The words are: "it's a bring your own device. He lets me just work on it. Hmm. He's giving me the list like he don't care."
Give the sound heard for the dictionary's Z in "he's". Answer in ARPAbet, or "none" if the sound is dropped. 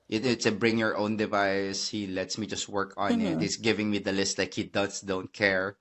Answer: S